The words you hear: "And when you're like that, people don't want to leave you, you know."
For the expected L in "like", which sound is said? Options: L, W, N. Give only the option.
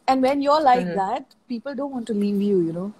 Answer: L